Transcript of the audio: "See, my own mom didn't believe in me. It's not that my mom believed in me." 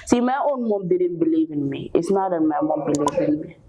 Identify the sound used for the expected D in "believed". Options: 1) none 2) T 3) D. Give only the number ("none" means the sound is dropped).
1